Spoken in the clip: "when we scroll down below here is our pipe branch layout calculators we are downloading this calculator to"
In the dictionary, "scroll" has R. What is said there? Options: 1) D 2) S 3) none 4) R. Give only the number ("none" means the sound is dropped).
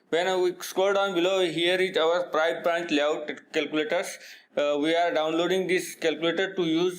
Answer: 3